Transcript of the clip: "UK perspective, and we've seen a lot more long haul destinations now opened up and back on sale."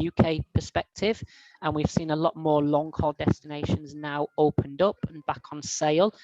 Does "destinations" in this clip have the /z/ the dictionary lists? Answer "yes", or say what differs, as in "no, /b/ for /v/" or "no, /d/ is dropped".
yes